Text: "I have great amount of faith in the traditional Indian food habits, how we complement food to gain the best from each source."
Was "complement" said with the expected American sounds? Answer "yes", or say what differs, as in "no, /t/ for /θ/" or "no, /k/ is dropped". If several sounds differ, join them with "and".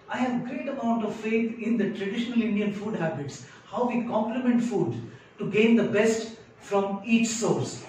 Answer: yes